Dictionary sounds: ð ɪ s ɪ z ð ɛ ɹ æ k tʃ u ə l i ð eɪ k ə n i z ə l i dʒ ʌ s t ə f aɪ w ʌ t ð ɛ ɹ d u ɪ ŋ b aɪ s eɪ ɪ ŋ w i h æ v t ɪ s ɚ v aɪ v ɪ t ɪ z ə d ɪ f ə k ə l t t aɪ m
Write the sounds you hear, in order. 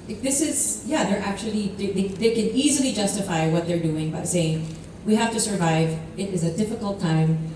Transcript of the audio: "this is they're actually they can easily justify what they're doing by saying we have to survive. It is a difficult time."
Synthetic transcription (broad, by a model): ð ɪ s ɪ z ð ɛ ɹ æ k tʃ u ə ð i ð eɪ k ə n i z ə l i dʒ ʌ s t ə f aɪ w ʌ t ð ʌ ɹ d u ɪ ŋ b aɪ s eɪ ɪ ŋ w i h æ f t ɪ s ɚ v aɪ v ɪ t ɪ z ə d ɪ f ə k l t t aɪ m